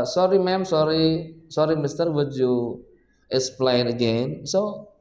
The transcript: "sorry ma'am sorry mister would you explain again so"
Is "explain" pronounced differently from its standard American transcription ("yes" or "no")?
yes